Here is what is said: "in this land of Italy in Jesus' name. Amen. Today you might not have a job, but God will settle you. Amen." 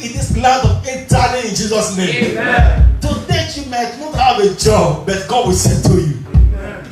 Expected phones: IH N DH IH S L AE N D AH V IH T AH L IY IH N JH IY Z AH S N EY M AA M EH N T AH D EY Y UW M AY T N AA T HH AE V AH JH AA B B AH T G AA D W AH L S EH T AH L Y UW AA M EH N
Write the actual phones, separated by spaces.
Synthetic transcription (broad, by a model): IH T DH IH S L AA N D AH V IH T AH N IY IH N JH IY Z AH S N EY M M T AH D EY Y UW M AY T N AA T HH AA V AH JH AA B B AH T G AA D W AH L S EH T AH Y UW